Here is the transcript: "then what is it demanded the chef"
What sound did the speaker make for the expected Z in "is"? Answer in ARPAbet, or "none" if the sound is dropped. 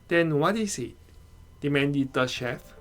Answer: S